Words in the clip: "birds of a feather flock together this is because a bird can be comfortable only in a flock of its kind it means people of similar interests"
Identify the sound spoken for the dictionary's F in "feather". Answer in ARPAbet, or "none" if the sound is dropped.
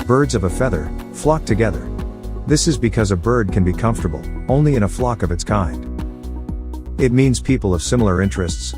F